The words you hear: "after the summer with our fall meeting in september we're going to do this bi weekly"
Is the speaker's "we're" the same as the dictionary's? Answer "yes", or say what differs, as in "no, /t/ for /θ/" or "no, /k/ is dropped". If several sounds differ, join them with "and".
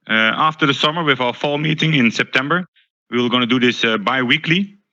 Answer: no, /l/ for /ɹ/